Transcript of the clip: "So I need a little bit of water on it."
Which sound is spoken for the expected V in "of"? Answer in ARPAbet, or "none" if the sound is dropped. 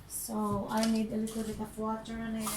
P